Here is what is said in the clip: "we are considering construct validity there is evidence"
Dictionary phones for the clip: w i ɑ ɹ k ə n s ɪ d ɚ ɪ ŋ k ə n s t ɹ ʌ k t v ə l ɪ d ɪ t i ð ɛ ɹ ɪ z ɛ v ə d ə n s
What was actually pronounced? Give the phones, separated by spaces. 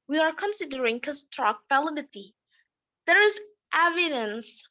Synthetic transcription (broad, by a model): w i ɑ ɹ k ə n s ɪ d ɚ ɪ ŋ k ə s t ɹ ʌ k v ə l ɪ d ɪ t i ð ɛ ɹ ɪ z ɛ v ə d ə n s